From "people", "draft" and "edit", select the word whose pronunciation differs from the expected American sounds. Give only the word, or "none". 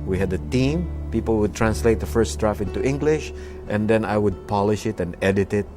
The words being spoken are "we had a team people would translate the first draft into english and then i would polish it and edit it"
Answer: draft